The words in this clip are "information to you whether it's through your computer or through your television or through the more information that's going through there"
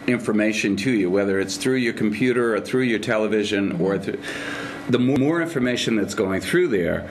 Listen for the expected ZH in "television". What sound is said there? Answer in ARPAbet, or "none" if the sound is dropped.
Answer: ZH